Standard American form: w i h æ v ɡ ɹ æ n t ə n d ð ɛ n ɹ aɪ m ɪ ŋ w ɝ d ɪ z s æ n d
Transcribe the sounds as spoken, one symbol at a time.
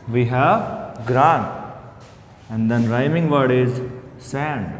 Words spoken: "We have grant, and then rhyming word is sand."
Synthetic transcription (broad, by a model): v i h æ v ɡ ɹ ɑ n ə n d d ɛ n ɹ aɪ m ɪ ŋ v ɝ d ɪ z s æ n d